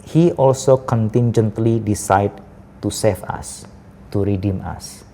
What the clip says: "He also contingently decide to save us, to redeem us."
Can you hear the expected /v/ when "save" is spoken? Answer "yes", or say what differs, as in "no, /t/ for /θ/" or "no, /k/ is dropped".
no, /f/ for /v/